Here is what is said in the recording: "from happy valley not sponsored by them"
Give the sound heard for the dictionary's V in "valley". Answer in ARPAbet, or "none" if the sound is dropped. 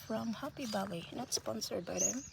B